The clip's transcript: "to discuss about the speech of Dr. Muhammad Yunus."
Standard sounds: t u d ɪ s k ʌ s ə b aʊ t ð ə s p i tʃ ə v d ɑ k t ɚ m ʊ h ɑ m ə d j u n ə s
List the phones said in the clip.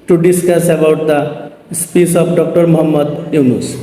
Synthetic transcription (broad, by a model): t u d ɪ s k ʌ s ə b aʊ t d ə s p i s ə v d ɑ k t ɚ m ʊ h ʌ m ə d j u n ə s